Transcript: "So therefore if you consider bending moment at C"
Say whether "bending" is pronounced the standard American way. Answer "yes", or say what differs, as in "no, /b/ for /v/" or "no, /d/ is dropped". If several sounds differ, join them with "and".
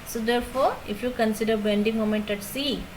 yes